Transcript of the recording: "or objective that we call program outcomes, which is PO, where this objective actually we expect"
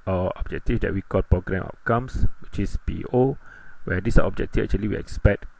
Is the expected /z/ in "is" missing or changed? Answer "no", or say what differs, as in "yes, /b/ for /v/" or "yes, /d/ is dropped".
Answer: yes, /s/ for /z/